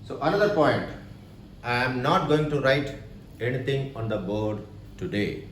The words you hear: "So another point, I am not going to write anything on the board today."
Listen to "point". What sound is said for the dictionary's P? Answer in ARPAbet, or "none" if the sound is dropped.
P